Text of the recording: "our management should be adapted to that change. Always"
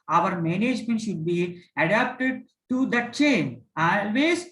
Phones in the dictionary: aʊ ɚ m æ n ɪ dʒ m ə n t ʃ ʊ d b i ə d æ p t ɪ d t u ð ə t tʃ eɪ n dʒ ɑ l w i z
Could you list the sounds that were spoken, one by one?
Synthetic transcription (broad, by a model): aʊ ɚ m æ n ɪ dʒ m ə n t ʃ ʊ d b i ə d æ p t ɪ d t u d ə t tʃ eɪ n ɑ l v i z